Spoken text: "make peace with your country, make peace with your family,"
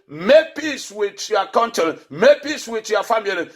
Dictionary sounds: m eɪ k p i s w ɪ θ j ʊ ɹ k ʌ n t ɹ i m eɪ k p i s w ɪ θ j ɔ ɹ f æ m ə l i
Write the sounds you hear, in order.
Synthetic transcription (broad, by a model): m eɪ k p i s w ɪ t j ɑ k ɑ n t i m eɪ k p i s w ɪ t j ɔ f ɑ m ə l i